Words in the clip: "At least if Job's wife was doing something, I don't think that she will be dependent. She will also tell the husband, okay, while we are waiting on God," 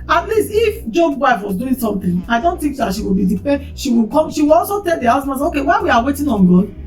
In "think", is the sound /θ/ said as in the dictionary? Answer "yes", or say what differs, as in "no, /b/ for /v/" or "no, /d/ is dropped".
no, /t/ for /θ/